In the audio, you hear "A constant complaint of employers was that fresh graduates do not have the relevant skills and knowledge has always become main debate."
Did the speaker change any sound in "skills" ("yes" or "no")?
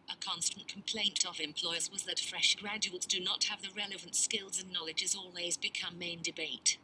no